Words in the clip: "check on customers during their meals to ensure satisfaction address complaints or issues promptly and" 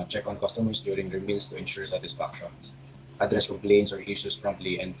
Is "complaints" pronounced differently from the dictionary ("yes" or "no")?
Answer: yes